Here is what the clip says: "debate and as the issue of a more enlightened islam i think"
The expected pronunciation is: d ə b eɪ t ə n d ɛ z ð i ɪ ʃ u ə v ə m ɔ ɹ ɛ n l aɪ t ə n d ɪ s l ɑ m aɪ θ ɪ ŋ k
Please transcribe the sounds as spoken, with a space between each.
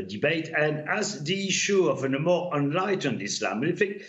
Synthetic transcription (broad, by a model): d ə b eɪ t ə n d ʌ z ð i ɪ ʃ u ə v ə m ɔ ɹ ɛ n l aɪ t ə n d ɪ s l ɑ m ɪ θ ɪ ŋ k